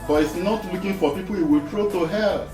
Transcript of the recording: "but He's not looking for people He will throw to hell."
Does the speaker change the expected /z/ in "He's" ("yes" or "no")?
yes